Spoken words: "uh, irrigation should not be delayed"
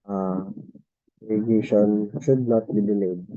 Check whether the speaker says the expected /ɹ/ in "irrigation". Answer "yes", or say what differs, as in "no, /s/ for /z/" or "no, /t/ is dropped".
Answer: no, /l/ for /ɹ/